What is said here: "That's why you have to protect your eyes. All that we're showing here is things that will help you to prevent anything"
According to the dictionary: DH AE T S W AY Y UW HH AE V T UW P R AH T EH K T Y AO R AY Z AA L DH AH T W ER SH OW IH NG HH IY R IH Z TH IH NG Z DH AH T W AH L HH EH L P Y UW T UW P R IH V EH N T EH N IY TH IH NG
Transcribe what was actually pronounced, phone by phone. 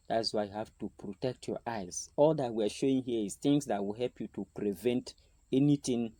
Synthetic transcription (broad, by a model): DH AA T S W AY Y UW HH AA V T UW P R AH T EH K T Y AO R AY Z AA L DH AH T W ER SH OW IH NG HH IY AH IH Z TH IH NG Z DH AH T W AH L HH EH L P Y UW T UW P R IH V EH N T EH N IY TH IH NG